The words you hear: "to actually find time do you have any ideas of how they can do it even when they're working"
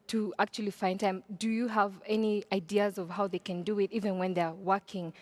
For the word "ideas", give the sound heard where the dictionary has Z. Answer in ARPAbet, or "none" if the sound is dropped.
Z